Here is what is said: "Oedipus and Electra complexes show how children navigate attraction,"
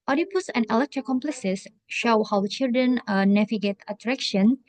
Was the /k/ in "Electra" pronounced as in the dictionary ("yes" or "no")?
yes